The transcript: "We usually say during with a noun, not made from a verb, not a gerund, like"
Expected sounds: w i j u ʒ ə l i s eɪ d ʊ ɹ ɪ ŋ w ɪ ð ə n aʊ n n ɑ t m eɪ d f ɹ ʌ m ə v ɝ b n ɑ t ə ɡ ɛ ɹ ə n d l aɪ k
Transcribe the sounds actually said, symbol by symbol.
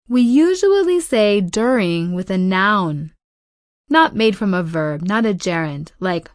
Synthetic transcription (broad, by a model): w i j u ʒ ə l i s eɪ d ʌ ɹ ɪ ŋ w ɪ ð ə n aʊ n n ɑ t m eɪ d f ɹ ʌ m ə v ɝ b n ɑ t ə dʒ ɛ ɹ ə n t l aɪ k